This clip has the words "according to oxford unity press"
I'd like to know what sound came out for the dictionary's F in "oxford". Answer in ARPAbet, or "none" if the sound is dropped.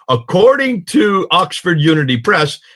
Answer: F